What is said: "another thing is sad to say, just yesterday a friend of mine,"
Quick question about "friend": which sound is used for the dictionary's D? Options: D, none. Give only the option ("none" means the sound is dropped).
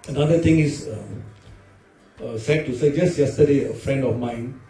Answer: D